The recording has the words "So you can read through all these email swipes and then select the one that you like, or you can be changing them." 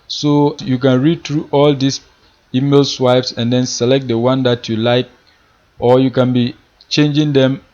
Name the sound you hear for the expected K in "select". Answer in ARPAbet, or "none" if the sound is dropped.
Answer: K